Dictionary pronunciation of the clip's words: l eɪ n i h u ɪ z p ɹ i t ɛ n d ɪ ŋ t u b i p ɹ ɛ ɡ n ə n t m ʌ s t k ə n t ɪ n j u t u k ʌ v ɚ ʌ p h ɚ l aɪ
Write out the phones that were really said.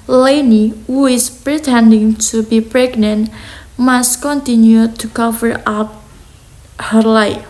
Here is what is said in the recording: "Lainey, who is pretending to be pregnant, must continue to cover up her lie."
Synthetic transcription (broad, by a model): l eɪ n i h u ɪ s p ɹ i t ɛ n d ɪ ŋ t u b i p ɹ ɛ ɡ n ə n t m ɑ s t k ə n t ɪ n j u t u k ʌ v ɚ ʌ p h ɚ l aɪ